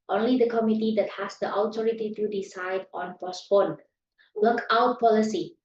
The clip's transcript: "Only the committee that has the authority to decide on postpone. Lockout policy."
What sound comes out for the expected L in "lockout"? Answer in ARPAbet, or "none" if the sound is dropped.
W